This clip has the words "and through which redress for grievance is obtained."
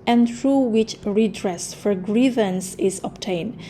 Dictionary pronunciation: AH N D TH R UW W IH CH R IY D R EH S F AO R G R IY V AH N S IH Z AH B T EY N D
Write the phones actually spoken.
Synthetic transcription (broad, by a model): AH N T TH R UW W IH CH R IY D R EH S F AO R G R IY V AH N S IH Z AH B T EY N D